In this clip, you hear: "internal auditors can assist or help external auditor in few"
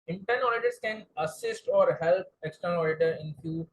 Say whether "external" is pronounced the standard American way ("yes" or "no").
yes